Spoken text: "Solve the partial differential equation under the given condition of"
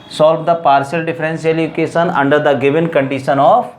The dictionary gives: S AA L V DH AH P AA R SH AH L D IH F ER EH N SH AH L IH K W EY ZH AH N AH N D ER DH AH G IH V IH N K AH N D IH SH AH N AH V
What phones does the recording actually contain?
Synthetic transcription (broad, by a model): S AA L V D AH P AA R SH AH L D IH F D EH N S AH L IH K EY SH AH N AH N D ER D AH G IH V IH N K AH N D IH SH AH N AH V